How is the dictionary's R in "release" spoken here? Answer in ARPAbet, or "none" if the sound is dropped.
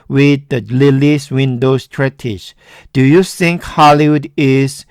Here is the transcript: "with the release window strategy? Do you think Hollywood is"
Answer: L